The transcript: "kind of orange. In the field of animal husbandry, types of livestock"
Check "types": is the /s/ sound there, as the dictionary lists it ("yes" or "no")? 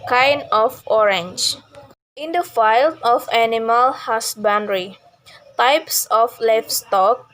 yes